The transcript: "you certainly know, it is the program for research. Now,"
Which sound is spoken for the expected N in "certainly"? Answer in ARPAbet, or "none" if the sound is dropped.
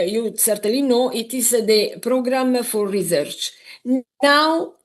none